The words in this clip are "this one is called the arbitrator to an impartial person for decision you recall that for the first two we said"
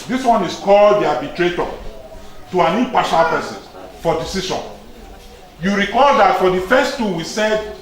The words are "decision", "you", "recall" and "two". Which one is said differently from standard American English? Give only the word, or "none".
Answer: decision